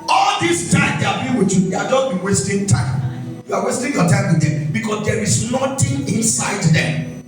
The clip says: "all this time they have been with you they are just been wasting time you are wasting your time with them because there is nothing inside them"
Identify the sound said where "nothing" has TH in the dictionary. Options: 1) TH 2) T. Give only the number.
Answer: 2